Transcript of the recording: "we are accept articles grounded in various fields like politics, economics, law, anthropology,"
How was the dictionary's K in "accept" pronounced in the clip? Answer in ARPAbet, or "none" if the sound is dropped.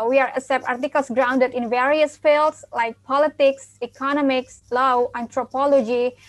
none